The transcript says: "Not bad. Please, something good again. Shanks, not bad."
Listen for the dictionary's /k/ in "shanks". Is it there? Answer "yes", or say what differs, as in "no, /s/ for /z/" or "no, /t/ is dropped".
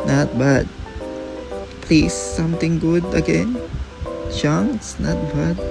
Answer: no, /k/ is dropped